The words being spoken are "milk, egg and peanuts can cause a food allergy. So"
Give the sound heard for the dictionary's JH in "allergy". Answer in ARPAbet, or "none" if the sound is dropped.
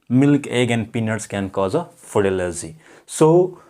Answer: Z